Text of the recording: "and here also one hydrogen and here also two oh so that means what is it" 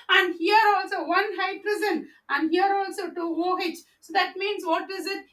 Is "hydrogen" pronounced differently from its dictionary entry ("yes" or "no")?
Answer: yes